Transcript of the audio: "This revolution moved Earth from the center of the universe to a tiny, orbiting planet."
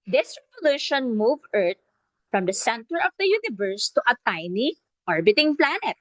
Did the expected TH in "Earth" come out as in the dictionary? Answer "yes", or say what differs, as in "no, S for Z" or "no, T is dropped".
no, T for TH